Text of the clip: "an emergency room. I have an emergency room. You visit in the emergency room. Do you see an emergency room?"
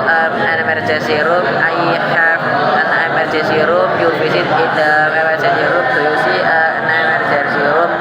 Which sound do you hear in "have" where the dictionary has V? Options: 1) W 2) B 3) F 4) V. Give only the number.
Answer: 3